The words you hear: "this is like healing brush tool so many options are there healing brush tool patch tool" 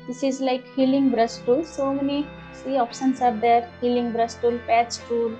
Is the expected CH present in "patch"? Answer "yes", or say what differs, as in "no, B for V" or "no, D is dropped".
no, S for CH